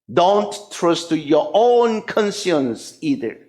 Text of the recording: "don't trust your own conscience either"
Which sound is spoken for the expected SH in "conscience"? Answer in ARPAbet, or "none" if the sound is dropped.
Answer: S